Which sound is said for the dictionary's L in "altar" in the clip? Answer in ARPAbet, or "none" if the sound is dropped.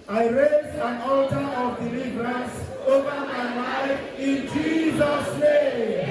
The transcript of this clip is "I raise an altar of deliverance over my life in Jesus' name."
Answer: L